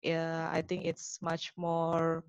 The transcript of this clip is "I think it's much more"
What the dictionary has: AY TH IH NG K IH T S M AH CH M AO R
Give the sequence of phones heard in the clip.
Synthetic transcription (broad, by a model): AY T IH NG K IH T S M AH CH M AO R